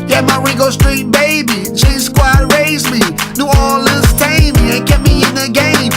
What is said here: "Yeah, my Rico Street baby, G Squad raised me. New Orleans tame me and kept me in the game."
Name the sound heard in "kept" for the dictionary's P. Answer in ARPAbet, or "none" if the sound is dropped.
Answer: none